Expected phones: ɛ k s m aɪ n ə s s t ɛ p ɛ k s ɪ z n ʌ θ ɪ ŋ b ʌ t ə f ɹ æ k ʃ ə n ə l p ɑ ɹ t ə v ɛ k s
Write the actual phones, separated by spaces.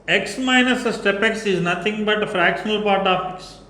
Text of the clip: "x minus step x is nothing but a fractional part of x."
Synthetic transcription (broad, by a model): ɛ k s m aɪ n ə s s t ɛ p ɛ k s ɪ z n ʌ t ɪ ŋ b ʌ t f ɹ æ k ʃ ə n ə l p ɑ ɹ t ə p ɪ k s